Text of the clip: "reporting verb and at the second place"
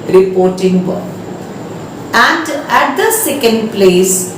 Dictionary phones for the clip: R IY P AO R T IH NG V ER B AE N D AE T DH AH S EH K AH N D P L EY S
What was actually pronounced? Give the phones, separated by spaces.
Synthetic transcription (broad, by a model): R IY P AO R T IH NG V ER AE N D AE T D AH S EH K AH N D P L EY S